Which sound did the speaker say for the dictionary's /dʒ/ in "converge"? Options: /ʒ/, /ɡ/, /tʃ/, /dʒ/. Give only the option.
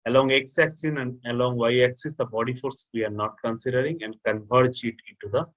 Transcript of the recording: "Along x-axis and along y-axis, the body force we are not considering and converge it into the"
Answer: /tʃ/